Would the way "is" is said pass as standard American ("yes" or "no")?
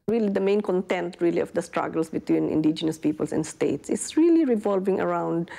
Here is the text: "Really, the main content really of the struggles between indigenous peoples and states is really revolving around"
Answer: no